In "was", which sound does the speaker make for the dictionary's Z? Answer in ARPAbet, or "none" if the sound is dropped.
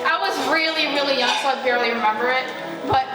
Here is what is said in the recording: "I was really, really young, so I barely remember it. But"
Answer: Z